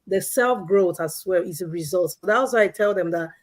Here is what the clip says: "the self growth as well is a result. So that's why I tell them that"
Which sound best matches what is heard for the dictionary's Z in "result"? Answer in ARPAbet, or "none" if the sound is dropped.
Z